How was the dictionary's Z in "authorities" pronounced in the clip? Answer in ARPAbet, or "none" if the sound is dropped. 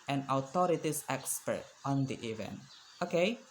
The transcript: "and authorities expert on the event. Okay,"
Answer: S